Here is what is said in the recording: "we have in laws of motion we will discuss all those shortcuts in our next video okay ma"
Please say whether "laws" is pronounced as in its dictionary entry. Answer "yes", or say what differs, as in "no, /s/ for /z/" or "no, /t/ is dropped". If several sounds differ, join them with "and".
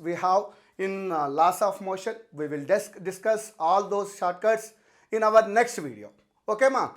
no, /s/ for /z/